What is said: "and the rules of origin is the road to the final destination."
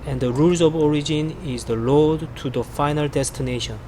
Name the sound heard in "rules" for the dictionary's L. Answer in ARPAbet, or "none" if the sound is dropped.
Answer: L